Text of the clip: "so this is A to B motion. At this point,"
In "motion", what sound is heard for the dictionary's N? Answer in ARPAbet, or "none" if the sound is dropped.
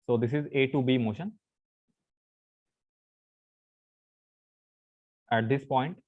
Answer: N